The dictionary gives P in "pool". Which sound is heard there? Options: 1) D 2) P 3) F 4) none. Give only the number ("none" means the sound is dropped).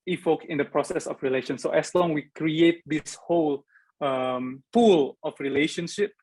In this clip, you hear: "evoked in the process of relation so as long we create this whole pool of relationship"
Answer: 3